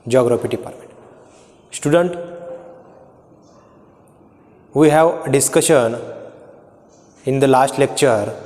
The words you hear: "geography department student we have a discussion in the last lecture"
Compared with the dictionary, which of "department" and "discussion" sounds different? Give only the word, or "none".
department